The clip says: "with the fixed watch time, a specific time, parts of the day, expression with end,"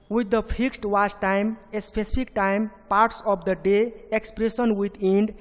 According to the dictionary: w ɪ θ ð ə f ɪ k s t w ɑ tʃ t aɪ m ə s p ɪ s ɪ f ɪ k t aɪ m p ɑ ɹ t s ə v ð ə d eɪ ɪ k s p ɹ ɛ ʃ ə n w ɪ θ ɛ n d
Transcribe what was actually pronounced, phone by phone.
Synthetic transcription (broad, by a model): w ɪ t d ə p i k s t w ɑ s t aɪ m ə s p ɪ s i p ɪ k t aɪ m p ɑ ɹ t s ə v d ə d eɪ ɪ k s p ɹ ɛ s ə n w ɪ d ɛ n d